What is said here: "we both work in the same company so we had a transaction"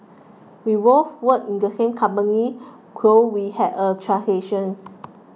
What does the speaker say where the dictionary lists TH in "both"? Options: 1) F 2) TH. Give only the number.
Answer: 1